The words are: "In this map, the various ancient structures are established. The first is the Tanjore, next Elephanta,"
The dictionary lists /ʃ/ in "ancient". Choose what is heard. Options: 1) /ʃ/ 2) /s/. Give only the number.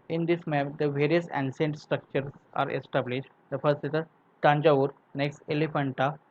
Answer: 2